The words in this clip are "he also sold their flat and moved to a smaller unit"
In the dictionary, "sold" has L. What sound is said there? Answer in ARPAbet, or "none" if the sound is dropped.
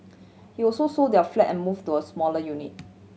none